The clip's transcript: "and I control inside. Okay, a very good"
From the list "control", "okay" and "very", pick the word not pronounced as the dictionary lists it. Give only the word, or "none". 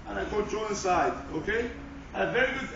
control